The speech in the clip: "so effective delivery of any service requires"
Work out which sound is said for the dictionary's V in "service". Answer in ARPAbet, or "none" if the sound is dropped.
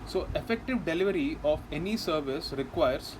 V